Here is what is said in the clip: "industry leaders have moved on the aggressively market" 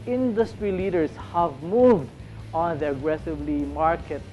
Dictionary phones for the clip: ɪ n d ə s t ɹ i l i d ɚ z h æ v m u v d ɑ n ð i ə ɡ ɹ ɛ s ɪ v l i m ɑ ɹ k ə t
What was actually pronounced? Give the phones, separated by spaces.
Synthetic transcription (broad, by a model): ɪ n d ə s t ɹ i l i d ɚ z h æ v m u v d ɑ n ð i ə ɡ ɹ ɛ s ɪ v l i m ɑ ɹ k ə t